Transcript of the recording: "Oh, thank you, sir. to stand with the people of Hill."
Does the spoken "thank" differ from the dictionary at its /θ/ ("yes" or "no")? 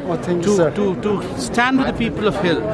yes